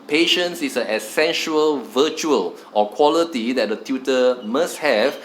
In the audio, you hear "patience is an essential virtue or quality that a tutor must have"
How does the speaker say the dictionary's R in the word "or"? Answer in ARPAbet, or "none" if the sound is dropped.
L